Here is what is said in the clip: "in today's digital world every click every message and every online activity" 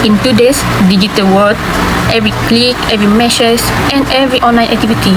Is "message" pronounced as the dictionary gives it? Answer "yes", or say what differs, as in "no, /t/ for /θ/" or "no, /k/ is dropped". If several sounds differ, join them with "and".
no, /ʃ/ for /s/